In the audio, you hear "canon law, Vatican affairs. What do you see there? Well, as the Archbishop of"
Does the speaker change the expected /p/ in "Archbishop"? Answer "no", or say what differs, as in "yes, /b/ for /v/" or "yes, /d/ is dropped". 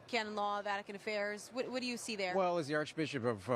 no